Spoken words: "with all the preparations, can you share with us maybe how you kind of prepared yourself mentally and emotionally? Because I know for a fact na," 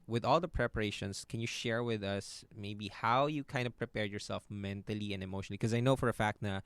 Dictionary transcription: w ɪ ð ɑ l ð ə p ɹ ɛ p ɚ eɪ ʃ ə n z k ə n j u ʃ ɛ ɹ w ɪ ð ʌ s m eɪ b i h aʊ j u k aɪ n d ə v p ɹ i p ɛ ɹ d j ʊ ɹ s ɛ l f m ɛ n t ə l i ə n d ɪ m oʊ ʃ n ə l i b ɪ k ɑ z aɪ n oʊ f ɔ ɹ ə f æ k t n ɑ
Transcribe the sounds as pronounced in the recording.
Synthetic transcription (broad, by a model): w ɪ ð ɑ l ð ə p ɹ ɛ p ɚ eɪ ʃ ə n s k ə n j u ʃ ɛ ɹ w ɪ ð ʌ s m eɪ b i h aʊ j u k aɪ n d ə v p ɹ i p ɛ ɹ j ʊ ɹ s ɛ l f m ɛ n t ə l i ə n d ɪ m oʊ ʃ ə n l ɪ k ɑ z aɪ n oʊ f ɔ ɹ ə f æ k t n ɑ